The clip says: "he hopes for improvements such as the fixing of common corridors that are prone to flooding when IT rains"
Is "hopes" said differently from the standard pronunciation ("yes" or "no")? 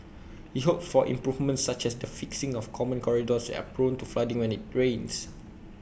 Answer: yes